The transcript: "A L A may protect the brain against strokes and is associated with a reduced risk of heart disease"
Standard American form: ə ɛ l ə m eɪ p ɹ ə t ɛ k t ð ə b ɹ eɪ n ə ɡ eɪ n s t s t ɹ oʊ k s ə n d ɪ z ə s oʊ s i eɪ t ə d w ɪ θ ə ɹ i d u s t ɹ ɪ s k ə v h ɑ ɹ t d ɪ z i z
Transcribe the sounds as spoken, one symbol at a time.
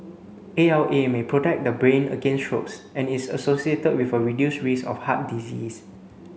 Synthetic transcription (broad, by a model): ə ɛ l ə m eɪ p ɹ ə t ɛ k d ə b ɹ eɪ n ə ɡ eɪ n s s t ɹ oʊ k s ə n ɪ s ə s oʊ s i eɪ t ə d w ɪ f ə ɹ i d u s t ɹ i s ə f h ɑ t d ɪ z i s